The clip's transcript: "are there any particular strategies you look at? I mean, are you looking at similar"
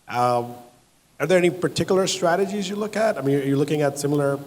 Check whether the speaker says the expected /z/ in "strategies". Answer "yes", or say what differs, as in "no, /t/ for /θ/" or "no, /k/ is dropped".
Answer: yes